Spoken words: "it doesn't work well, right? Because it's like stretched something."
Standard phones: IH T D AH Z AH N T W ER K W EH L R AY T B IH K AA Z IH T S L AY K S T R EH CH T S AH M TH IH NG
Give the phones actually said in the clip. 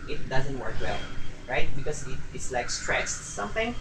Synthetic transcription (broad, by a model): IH T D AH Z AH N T W ER K W EH L R AY T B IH K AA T IH T S L AY K S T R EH S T S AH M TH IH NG